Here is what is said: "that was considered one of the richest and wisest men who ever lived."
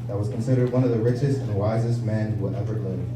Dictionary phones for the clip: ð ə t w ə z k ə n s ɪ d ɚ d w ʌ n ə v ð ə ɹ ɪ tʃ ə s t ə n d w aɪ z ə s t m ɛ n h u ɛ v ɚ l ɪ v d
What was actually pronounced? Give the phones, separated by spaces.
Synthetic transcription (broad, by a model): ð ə t w ə z k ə n s ɪ d ɚ d w ʌ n ə v ð ə ɹ ɪ tʃ ə s t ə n w aɪ z ə s t m ɛ n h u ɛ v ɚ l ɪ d